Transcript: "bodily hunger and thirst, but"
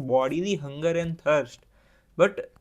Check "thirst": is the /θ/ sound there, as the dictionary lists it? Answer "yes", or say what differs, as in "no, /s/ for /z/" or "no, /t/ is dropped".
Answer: no, /t/ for /θ/